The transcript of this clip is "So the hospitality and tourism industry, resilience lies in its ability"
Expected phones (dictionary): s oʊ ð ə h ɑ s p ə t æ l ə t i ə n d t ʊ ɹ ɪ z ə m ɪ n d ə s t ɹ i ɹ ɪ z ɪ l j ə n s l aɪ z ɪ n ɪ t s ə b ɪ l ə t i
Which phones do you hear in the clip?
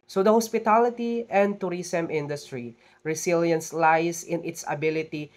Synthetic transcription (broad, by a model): s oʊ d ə h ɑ s p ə t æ l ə t i ə n d t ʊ ɹ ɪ s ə m ɪ n d ə s t ɹ i ɹ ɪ s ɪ l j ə n s l aɪ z ɪ n ɪ t s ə b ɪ l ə t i